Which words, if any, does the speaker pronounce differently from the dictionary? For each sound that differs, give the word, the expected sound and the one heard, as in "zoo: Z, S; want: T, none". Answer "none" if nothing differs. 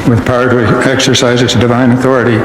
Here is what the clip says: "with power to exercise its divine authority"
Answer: none